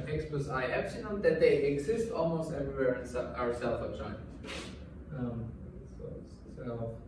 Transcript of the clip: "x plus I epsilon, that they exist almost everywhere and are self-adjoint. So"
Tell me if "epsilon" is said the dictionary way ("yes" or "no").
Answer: no